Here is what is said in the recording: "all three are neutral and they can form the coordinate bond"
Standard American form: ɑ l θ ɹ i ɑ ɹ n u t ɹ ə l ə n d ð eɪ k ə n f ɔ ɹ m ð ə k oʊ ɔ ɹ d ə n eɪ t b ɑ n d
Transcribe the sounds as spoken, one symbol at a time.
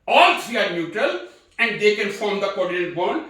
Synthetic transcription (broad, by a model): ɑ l s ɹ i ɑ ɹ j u t ə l ə n d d eɪ k ə n f ɔ ɹ m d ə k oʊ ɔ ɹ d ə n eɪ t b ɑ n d